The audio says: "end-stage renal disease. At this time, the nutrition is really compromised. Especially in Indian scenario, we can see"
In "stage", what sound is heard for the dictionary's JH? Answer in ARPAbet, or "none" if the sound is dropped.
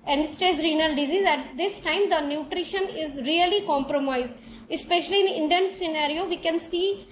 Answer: Z